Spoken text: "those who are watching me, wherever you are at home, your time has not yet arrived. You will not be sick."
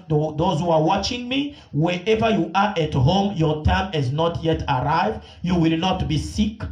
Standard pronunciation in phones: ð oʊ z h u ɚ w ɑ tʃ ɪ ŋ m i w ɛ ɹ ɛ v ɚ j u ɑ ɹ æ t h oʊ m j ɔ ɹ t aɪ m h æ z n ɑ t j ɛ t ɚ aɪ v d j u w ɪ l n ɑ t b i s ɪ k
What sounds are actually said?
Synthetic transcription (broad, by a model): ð oʊ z h u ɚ w ɑ tʃ ɪ ŋ m i w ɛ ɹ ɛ v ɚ j u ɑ ɹ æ t h oʊ m j ɔ ɹ t aɪ m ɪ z n ɑ t j ɛ t ɚ aɪ v d j u w ɪ l n ɑ t b i s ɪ k